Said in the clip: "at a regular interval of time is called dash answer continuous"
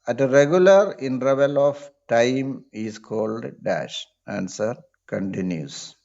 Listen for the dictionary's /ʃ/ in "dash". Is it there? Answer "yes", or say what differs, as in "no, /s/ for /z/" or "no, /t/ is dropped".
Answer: yes